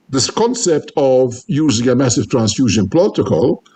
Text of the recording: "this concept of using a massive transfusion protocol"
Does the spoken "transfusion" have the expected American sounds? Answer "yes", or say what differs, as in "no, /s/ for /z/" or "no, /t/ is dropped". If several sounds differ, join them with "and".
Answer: yes